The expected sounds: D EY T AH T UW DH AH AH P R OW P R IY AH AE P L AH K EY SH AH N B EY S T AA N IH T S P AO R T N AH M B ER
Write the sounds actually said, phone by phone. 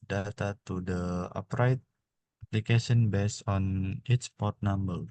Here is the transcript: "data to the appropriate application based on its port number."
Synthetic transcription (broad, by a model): D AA T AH T UW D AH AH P R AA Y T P L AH K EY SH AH N B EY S AA N IH T S P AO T N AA M B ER